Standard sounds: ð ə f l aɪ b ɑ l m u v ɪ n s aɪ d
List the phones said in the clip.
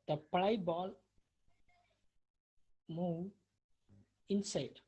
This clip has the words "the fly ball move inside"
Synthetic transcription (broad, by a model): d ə p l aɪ b ɑ l m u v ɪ n s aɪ d